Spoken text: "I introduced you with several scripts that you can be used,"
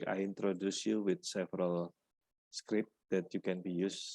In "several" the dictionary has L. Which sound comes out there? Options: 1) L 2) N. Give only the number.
1